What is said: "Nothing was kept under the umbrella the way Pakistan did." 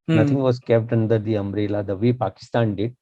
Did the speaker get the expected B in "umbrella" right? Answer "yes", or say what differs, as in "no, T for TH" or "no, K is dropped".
no, B is dropped